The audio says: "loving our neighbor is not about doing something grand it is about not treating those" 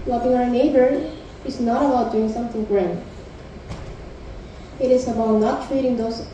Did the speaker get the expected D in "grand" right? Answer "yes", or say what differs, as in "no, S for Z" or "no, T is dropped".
no, D is dropped